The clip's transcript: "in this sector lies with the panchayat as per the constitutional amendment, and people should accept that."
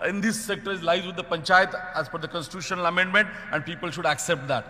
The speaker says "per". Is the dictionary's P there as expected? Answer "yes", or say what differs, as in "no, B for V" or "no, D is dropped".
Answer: no, F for P